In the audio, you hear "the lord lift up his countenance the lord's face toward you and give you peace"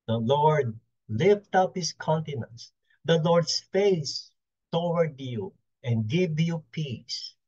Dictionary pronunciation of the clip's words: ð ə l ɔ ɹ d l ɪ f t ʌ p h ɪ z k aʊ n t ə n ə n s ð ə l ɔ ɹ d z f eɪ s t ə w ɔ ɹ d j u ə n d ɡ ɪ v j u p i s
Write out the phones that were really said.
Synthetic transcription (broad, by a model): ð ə l ɔ ɹ d l ɪ f t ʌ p h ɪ s k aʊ n t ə n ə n s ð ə l ɔ ɹ d s f eɪ s t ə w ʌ ɹ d j u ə n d ɡ ɪ v j u p i s